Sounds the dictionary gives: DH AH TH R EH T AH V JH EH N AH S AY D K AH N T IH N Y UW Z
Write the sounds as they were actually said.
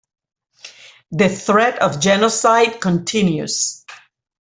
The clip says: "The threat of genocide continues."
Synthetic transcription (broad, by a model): DH AH TH R EH T AH V JH EH N AH S AY D K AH N T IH N Y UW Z